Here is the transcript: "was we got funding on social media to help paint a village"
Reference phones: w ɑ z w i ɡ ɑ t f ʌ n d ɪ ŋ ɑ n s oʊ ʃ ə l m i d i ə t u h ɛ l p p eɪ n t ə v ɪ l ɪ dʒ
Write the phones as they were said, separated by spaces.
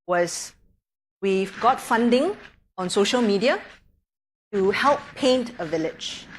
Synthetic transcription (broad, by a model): w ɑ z w i ɡ ɑ t f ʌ n d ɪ ŋ ɑ n s oʊ ʃ ə l m i d i ə t u h ɛ l p p eɪ n t ə v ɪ l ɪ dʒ